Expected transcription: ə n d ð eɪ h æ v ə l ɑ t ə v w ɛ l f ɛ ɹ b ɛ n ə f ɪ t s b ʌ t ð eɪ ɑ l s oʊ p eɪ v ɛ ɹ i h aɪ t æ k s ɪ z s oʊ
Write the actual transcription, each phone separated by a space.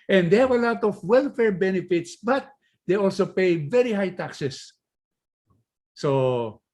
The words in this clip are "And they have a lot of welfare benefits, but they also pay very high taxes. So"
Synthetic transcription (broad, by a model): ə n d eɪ h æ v ə l ɑ t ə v w ɛ l f ɛ ɹ b ɛ n ə f ɪ t s b ʌ t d eɪ ɑ l s oʊ p eɪ v ɛ ɹ i h aɪ t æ k s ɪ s s oʊ